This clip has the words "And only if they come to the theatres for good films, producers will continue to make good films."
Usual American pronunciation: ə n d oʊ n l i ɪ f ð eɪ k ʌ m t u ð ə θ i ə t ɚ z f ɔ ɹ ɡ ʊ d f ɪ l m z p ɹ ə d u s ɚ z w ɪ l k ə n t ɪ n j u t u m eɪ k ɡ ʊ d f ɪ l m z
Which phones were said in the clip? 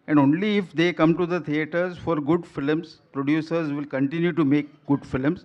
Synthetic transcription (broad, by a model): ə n d oʊ n l i ɪ f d eɪ k ʌ m t u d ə t i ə t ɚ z f ɔ ɹ ɡ ʊ d f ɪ l m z p ɹ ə d u s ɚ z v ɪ l k ə n t ɪ n j u t u m eɪ k ɡ ʊ d f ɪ l m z